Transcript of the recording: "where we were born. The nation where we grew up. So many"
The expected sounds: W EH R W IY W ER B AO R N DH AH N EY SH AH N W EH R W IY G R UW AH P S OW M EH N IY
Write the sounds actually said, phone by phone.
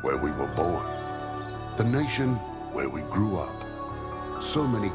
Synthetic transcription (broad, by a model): W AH R W IY W ER B AO R N DH AH N EY SH AH N W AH R W IY G R UW AH P S OW M EH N IY